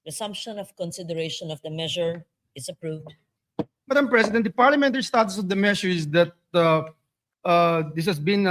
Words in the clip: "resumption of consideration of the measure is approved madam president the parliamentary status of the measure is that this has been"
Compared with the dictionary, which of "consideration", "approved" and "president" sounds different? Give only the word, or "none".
president